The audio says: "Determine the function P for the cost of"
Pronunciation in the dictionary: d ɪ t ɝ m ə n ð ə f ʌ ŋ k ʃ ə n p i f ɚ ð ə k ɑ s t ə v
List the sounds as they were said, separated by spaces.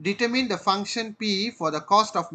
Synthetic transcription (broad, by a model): d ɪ t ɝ m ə n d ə f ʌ ŋ k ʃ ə n p i f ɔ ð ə k ɑ s t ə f